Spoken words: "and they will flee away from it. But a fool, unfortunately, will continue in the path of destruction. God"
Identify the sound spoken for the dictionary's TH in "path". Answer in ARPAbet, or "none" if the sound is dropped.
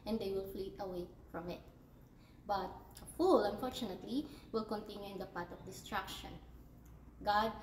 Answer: T